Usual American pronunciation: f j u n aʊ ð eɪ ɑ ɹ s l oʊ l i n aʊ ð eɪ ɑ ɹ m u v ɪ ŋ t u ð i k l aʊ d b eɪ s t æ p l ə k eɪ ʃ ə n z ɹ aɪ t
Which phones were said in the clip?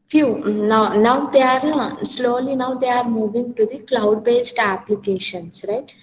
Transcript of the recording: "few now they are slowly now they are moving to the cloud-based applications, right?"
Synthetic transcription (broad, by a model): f j u n aʊ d eɪ ɑ ɹ s l oʊ l i n aʊ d eɪ ɑ ɹ m u v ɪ ŋ t u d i k l aʊ d b eɪ s t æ p l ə k eɪ ʃ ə n s ɹ aɪ t